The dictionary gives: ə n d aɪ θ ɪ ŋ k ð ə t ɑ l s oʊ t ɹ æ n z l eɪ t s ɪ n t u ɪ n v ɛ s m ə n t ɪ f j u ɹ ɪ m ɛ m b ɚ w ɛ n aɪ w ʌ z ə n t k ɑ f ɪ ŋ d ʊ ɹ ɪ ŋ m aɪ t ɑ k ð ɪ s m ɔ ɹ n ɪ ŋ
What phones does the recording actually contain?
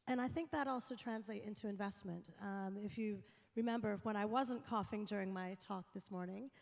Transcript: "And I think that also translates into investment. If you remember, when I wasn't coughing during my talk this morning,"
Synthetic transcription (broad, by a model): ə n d aɪ θ ɪ ŋ k ð ə t ɑ l s oʊ t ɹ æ n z l eɪ t ɪ n t u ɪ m v ɛ s m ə n t ɪ f j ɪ ɹ ɪ m ɛ m b ɚ w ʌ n aɪ w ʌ z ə n k ɑ f ɪ ŋ d ʊ ɹ ɪ ŋ m aɪ t ɑ k ð ɪ s m ɔ ɹ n ɪ ŋ